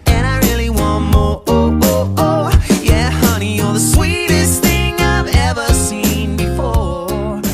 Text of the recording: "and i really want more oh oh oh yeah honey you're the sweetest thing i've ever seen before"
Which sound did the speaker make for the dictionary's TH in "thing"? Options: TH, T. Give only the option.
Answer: TH